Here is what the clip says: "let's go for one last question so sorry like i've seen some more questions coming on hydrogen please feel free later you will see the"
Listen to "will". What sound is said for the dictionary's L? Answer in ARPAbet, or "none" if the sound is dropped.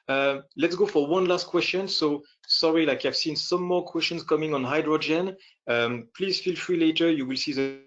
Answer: L